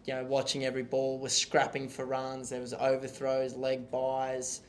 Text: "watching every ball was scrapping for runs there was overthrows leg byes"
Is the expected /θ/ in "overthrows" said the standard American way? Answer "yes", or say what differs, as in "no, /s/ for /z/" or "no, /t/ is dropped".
yes